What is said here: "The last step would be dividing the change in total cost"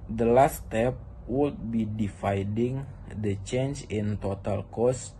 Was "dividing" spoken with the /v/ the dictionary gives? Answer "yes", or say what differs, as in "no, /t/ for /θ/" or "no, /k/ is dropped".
no, /f/ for /v/